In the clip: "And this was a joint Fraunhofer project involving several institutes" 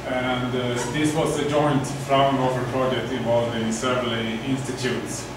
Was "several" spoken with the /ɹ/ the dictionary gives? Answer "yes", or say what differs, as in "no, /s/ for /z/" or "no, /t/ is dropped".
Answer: no, /ɹ/ is dropped